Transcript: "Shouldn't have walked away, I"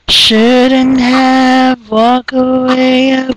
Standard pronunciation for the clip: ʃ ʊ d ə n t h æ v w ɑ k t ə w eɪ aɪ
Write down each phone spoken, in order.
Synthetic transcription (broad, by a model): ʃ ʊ d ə n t h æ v w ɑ k ə w eɪ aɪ